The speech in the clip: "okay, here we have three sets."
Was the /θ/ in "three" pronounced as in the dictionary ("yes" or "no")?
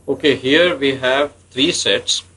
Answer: no